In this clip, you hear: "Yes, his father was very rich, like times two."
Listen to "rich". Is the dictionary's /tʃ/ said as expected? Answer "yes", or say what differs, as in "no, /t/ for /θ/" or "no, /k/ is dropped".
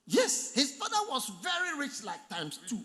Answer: yes